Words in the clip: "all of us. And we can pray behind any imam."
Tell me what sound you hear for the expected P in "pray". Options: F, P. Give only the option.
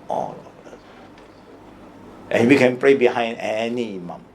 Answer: P